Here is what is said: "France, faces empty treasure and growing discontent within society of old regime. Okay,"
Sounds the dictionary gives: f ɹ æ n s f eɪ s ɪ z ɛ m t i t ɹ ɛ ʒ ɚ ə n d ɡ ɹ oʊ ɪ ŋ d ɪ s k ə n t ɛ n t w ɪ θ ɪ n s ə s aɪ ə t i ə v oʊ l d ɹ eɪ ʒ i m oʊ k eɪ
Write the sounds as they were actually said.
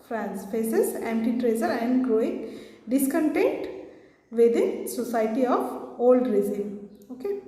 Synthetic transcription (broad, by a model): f ɹ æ n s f eɪ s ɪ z ɛ m t i t ɹ ɛ z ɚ ə n d ɡ ɹ oʊ ɪ ŋ d ɪ s k ə n t ɛ n t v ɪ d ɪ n s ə s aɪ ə t i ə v oʊ l d ɹ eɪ z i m oʊ k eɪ